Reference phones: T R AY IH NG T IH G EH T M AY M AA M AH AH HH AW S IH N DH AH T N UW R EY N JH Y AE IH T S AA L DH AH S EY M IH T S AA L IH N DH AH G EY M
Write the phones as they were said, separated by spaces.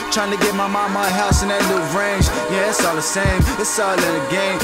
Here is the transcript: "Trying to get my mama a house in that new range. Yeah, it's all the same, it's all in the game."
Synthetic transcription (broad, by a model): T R AY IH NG T IH G EH T M AY M AA M AH AH HH AW S IH N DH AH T L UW R EY N JH Y AE IH T S AA L DH AH S EY M IH T S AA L IH N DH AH G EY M